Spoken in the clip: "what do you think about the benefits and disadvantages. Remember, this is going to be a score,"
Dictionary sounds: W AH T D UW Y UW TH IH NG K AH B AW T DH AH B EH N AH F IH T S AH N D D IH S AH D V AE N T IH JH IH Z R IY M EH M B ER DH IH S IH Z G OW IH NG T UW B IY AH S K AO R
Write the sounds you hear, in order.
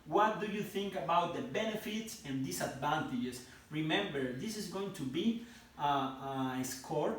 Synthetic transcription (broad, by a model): W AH T D UW Y UW TH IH NG K AH B AW T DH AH B EH N AH F IH T S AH N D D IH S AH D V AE N T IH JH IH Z R IY M EH M B ER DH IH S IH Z G OW IH NG T UW B IY AH S K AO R